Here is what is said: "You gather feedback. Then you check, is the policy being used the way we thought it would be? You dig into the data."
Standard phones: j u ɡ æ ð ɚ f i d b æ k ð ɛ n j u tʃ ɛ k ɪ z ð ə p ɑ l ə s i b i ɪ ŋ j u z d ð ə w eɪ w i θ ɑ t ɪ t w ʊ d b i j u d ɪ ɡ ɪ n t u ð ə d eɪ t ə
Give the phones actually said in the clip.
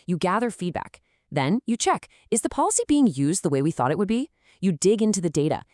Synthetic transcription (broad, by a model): j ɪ ɡ æ ð ɚ f i d b æ k ð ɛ n j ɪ tʃ ɛ k ɪ z ð ə p ɑ l ə s i b i ɪ ŋ j u z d ð ə w eɪ w i θ ɑ t ɪ t w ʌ d b i j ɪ d ɪ ɡ ɪ n t u ð ə d eɪ t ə